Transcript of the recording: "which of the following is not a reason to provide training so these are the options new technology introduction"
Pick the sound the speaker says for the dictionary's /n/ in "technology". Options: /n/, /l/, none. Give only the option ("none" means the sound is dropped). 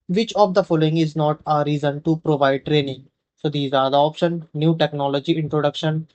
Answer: /n/